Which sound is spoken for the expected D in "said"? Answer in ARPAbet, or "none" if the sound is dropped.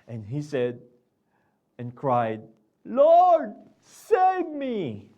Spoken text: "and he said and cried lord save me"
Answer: D